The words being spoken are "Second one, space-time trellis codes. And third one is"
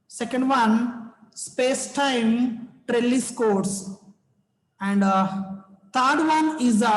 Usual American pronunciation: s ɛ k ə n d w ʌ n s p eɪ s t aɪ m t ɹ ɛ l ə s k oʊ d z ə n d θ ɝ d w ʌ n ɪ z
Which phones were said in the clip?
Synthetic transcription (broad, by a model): s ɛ k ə n d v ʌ n s p eɪ s t aɪ m t ɹ ɛ l ə s k oʊ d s ə n d t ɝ d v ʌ n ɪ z